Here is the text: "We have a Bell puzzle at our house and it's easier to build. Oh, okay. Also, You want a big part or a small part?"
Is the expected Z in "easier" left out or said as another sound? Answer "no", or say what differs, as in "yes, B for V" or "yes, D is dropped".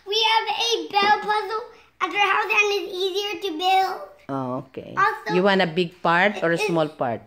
no